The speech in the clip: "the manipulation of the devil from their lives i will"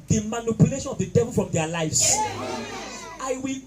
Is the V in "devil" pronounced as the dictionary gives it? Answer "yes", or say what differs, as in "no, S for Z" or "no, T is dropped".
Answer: yes